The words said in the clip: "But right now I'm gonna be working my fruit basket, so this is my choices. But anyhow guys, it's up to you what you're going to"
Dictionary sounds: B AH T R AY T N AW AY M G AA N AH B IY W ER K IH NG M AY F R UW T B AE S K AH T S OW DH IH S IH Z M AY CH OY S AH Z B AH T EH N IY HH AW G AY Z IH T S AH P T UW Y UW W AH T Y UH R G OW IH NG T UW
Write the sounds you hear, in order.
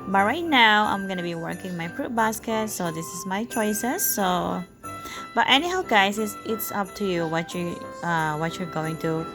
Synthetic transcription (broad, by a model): B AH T R AY T N AW AY M G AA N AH B IY W ER K IH NG M AY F R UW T B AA S K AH T S OW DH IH S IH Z M AY CH OY S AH S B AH T EH N IY HH AW G AY S IH T S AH P T UW Y UW W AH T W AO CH G OW IH NG T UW